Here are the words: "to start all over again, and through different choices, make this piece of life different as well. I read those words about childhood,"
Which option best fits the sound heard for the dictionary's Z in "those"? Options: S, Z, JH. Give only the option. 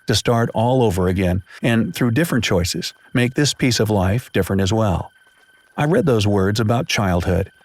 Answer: Z